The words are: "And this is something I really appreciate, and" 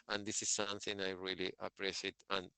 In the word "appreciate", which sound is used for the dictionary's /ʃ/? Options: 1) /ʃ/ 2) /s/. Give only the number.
2